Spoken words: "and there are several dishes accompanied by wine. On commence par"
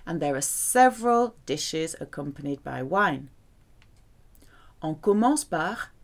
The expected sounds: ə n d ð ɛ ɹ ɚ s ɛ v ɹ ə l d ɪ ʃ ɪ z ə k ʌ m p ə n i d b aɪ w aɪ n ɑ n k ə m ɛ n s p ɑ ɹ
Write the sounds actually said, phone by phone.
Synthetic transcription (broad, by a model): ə n ð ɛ ɹ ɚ s ɛ v ɹ ə l d ɪ ʃ ɪ z ə k ʌ m p ə n i d b aɪ w aɪ n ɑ k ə m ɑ s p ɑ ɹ